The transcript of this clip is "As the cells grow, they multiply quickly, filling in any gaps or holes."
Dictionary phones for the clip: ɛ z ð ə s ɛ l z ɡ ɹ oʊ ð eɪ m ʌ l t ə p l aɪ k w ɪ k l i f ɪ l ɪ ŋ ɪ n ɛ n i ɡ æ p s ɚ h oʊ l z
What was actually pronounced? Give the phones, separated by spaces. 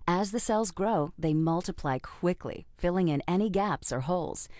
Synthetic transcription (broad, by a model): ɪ z ð ə s ɛ l z ɡ ɹ oʊ ð eɪ m ʌ l t ə p l aɪ k w ɪ k l i f ɪ l ɪ ŋ ɪ n ɛ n i ɡ æ p s ɚ h oʊ l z